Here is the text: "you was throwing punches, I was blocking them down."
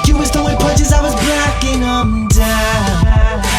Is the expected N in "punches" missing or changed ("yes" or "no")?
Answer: yes